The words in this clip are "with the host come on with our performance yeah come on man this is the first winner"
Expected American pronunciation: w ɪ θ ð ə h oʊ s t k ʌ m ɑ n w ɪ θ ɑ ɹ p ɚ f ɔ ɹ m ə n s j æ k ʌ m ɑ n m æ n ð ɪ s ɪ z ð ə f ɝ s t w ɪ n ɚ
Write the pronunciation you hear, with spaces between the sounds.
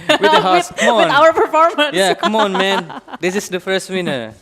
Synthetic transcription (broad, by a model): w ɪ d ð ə h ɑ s k ʌ m ɑ n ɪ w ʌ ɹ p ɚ f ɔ ɹ m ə n j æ k ʌ m ɑ n m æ n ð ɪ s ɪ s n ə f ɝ s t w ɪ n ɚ